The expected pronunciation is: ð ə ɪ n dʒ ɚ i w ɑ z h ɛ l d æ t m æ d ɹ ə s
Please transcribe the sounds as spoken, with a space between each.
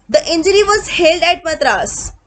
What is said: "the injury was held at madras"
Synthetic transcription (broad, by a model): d ə ɪ n dʒ ɚ i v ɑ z h ɛ l d æ t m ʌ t ɹ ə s